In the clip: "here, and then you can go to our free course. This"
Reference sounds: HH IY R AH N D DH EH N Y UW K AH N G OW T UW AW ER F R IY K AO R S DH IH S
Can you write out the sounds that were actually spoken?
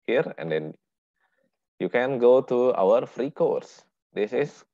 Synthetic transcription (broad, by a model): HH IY R AH N D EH N Y UW K AH N G OW T UW AW ER F R IY K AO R S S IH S